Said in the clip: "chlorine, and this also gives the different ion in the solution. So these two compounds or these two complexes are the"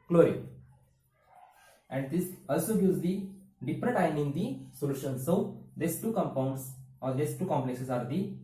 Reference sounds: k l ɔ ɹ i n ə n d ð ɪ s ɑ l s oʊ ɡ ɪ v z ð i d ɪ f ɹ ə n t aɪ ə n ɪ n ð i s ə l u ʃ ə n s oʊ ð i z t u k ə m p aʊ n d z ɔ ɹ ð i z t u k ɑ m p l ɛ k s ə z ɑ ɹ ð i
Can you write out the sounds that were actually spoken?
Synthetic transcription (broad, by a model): k l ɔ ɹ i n ə n d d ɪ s ɑ l s oʊ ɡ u z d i d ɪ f ɹ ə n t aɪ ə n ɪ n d i s ə l u ʃ ə n s oʊ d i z t u k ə m p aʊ n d s ɔ ɹ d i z t u k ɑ m p l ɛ k s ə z ɑ ɹ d i